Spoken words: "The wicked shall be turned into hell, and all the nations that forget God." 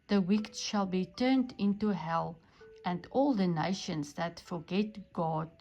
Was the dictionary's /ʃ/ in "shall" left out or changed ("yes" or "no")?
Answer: no